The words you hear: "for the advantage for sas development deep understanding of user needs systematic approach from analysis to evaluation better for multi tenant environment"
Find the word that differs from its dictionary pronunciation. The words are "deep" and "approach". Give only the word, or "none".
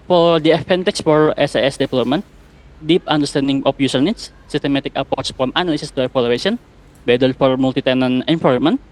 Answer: approach